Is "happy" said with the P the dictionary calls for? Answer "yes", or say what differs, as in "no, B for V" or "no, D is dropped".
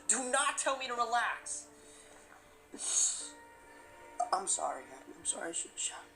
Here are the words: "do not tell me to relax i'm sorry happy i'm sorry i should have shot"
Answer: no, P is dropped